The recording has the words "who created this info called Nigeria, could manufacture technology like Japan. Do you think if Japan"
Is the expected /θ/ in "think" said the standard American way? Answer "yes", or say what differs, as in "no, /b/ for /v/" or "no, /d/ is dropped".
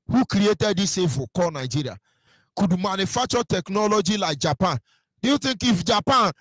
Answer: no, /t/ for /θ/